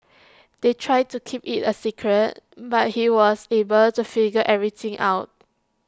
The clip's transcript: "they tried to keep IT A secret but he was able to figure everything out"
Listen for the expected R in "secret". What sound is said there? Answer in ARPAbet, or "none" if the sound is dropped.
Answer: R